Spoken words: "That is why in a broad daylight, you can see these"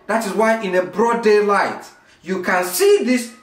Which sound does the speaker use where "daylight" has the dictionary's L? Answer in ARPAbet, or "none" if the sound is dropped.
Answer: L